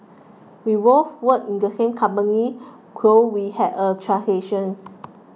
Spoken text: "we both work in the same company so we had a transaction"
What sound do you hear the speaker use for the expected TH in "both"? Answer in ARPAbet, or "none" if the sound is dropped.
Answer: F